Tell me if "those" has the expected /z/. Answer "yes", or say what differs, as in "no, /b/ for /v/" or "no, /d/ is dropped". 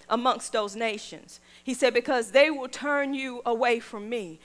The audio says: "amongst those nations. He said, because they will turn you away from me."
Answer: yes